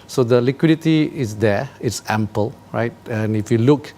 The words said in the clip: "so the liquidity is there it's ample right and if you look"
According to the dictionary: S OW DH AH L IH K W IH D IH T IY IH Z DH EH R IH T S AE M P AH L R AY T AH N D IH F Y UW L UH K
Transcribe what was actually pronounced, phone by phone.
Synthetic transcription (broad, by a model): S OW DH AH L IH K W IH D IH T IY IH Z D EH IH T S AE M P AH L R AY T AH N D IH F Y UW L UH K